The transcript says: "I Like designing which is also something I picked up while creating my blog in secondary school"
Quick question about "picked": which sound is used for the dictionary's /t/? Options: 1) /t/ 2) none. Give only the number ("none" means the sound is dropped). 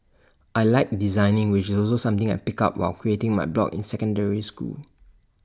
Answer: 2